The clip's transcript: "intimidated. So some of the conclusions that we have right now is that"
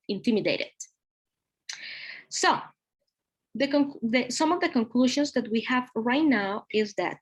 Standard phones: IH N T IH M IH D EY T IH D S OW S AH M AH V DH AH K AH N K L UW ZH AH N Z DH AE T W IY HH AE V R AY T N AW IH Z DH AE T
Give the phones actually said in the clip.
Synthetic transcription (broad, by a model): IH N T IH M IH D EY T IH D S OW S AH M AH V DH AH K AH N K L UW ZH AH N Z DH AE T W IY HH AE V R AY T N AW IH Z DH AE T